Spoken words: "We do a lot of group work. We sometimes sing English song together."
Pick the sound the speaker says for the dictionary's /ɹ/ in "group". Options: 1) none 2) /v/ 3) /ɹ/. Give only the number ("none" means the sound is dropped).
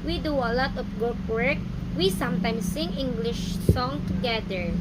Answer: 1